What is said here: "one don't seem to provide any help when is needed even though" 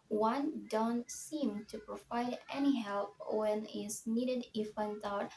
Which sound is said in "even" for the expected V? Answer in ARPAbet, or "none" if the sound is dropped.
F